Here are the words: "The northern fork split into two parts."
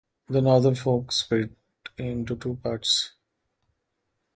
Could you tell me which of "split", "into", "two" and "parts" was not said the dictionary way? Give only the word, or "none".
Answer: split